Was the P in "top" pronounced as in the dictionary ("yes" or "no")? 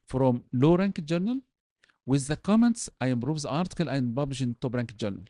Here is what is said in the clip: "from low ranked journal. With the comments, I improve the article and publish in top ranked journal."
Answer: no